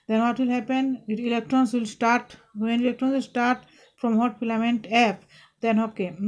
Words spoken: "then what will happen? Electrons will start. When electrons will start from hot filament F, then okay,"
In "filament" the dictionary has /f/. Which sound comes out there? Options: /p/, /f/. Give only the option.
/p/